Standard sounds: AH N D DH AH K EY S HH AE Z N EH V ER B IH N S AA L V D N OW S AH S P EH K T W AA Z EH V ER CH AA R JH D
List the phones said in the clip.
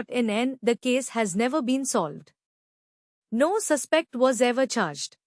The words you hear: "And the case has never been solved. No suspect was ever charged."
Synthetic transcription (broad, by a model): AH N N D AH K EY S HH AE Z N EH V ER B IH N S AA L V D N OW S AH S P EH K T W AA Z EH V ER CH AA R JH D